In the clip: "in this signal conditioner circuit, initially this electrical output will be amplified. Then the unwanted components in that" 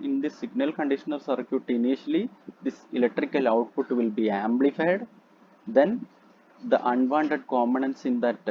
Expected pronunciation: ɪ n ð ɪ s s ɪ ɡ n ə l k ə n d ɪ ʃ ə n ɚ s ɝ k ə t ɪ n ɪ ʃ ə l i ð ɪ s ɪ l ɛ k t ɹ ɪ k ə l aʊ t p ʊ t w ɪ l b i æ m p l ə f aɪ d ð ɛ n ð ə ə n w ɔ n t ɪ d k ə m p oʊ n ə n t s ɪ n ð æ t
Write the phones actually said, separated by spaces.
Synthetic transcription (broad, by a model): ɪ n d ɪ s s ɪ ɡ n ə l k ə n d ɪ ʃ ə n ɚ s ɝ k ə t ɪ n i ʃ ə l i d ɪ s ɪ l ɛ k t ɹ ɪ k ə l aʊ t p ʊ t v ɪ l b i æ m p l ə f aɪ d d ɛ n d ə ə n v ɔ n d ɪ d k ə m oʊ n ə n s ɪ n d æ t